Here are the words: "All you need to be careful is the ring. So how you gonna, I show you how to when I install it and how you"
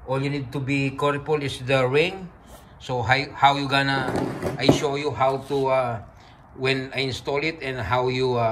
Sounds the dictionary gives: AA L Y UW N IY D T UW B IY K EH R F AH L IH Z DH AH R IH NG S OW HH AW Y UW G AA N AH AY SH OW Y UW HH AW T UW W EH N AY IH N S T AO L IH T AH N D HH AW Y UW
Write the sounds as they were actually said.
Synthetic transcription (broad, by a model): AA L Y UW N IY D T UW B IY K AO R P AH L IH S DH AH R IH NG S OW HH AW Y UW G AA N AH AY SH OW Y UW HH AW T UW W EH N AY IH N S T AO L IH T AH N D HH AW Y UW